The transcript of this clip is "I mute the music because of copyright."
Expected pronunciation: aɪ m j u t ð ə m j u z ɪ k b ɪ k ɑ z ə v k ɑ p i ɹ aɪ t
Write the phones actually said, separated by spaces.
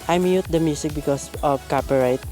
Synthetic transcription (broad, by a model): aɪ m j u t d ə m j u s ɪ k b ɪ k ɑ s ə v k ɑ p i ɹ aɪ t